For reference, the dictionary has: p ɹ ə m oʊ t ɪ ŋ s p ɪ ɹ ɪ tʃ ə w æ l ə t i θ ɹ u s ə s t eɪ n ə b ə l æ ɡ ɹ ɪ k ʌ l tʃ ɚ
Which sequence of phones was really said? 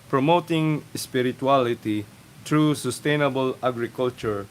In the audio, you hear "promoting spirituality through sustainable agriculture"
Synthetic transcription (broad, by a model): p ɹ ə m oʊ t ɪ ŋ s p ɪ ɹ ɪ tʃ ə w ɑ l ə t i t ɹ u s ə s t eɪ n ə b ə l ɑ ɡ ɹ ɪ k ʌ l tʃ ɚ